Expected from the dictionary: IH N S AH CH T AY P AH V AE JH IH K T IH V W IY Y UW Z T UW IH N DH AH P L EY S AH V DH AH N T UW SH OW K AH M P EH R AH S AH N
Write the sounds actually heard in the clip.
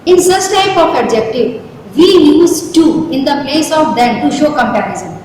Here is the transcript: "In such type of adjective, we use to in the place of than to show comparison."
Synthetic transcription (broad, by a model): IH N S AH S T AY P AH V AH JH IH K T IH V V IY Y UW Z T UW IH N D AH P L EY S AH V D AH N T UW SH OW K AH M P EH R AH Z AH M